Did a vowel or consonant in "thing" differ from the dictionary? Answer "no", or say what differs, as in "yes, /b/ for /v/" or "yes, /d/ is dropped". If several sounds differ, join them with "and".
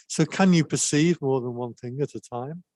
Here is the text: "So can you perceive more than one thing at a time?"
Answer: no